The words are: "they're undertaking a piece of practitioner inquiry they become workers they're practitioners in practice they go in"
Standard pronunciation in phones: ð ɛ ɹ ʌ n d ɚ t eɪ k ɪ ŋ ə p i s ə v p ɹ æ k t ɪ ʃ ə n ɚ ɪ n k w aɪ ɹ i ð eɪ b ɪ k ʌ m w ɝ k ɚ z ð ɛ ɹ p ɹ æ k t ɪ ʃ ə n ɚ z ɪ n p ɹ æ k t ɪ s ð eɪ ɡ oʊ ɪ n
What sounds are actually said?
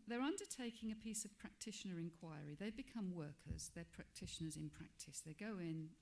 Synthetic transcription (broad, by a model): ð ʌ ɹ ʌ n d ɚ t eɪ k ɪ ŋ ə p i s ə v p ɹ æ k t ɪ ʃ ə n ɚ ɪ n k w aɪ ɹ i ð eɪ b ɪ k ʌ m w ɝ k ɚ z ð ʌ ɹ p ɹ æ k t ɪ ʃ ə n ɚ z ɪ n p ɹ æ k t ɪ s ð eɪ ɡ oʊ ɪ n